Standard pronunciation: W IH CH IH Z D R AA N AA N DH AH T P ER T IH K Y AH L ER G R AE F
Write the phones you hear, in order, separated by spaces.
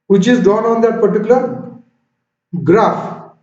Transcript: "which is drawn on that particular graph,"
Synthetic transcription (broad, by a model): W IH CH IH Z D AA N AA N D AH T P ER T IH K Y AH L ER G R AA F